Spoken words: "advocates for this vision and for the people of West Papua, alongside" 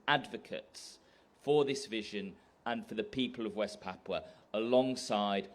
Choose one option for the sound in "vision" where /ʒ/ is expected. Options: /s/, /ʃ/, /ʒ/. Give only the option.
/ʒ/